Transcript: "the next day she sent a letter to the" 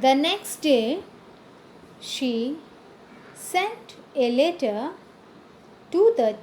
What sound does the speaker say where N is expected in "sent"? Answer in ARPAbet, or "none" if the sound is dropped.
N